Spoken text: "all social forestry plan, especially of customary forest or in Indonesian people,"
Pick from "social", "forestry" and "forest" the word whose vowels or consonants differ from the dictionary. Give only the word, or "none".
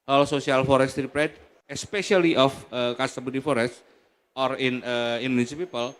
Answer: social